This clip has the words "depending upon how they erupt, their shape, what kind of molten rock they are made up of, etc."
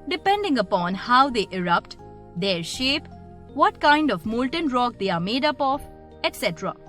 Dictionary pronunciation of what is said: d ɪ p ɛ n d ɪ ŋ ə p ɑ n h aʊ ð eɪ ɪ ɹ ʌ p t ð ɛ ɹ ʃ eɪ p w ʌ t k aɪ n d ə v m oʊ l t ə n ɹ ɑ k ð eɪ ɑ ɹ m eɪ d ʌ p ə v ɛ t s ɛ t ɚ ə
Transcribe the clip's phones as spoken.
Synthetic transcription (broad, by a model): d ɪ p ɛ n d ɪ ŋ ə p ɑ n h aʊ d eɪ ɪ ɹ ʌ p t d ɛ ɹ ʃ eɪ p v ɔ t k aɪ n d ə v m oʊ l t ə n ɹ ɑ k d eɪ ɑ ɹ m eɪ d ʌ p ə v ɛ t s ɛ t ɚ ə